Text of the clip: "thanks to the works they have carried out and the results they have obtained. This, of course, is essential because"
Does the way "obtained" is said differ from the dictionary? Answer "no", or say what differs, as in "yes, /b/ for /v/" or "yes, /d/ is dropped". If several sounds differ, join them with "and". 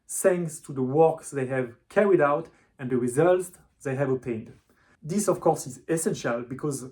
yes, /b/ is dropped